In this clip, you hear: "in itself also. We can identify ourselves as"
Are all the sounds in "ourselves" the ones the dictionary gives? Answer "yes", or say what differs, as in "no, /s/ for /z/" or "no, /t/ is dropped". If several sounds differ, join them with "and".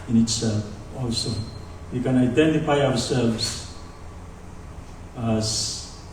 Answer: no, /w/ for /ɹ/